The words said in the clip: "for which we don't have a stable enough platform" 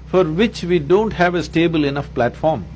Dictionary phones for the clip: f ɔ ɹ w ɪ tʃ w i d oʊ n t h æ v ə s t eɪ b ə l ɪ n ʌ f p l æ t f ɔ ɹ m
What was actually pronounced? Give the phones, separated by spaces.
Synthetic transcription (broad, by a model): f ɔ ɹ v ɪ tʃ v i d oʊ n t h æ v ə s t eɪ b ə l ɪ n ʌ f p l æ t f ɔ ɹ m